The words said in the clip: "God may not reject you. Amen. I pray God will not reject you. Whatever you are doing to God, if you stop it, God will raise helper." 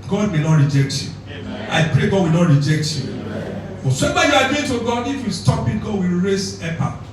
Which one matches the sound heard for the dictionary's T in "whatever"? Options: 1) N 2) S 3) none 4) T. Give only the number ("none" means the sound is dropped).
2